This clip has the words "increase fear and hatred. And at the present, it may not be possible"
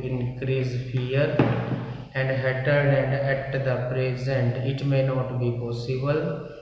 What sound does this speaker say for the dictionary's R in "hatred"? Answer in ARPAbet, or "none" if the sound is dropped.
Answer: none